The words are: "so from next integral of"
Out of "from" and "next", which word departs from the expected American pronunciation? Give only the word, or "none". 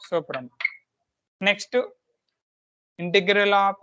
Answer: from